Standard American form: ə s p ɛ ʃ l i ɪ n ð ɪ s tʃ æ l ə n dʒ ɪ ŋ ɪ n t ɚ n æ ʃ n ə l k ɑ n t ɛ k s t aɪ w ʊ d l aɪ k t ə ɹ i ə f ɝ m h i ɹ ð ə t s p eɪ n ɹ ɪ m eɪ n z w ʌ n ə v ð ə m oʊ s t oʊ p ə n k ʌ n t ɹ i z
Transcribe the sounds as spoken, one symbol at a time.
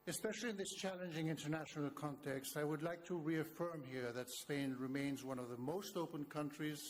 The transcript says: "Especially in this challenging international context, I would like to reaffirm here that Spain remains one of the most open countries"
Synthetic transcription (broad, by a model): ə s p ɛ ʃ l i ɪ n ð ɪ s tʃ æ l ə n dʒ ɪ ŋ ɪ n t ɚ n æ ʃ n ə l k ɑ n t ɛ k s t aɪ w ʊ d l aɪ k t ə ɹ i ə f ɝ m h i ɹ ð ə t s p eɪ n ɹ ɪ m eɪ n z w ʌ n ə v ð ə m oʊ s t oʊ p ə n k ʌ n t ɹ i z